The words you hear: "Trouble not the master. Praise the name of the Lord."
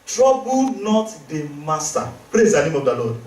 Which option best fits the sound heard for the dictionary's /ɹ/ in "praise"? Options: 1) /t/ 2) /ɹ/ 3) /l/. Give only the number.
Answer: 2